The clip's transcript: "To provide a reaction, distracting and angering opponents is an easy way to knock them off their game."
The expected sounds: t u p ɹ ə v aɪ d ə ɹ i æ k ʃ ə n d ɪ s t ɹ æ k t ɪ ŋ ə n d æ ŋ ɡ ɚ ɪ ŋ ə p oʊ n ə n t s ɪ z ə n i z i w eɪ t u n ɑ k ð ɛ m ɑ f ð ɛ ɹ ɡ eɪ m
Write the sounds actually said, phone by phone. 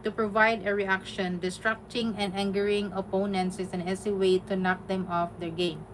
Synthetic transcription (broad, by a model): t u p ɹ ə v aɪ d ə ɹ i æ k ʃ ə n d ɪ s t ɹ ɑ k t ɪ ŋ ə n d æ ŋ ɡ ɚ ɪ ŋ ə p oʊ n ə n t s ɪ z ə n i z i w eɪ t u n ɑ k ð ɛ m ɑ f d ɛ ɹ ɡ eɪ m